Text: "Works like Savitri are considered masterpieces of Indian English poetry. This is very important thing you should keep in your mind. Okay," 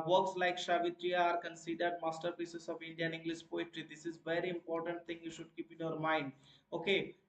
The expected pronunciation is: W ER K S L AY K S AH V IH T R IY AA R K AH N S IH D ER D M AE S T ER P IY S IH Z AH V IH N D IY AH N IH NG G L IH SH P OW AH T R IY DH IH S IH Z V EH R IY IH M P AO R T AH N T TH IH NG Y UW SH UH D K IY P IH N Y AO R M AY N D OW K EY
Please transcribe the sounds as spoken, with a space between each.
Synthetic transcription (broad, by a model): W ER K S L AY K SH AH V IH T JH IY AA R K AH N S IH D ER D M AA S T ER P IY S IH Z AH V IH N D IY AH N IH NG G L IH SH P OW AH T R IY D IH S IH Z V EH R IY IH M P AO R T AH N T T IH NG Y UW SH UH D K IY P IH N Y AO R M AY N D OW K EY